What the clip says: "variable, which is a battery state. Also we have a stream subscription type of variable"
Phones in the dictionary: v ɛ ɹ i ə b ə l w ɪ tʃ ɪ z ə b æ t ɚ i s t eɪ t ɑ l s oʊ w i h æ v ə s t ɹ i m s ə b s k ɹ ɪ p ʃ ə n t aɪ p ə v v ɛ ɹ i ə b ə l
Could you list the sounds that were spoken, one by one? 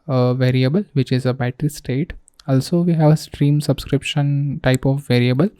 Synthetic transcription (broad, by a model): v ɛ ɹ i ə b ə l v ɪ tʃ ɪ z ə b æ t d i s t eɪ t ɑ l s oʊ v i h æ v ə s t ɹ i m s ə b s k ɹ ɪ p ʃ ə n t aɪ p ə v v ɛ ɹ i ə b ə l